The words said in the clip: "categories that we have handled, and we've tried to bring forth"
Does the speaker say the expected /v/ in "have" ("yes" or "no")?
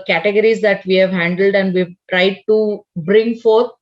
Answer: yes